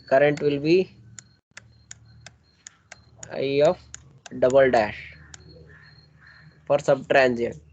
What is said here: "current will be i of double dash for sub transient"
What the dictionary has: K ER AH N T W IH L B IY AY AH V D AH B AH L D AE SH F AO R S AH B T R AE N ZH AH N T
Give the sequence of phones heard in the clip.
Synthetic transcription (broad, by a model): K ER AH N T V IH L B IY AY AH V D AH B AH L D AE SH F AO R S AH B T R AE N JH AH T